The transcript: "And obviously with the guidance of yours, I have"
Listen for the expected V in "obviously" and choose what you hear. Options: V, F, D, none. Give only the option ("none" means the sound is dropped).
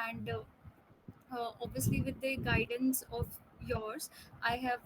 V